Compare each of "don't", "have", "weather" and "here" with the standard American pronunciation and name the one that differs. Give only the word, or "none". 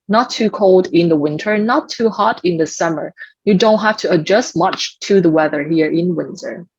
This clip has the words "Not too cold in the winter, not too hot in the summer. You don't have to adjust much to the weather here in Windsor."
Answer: have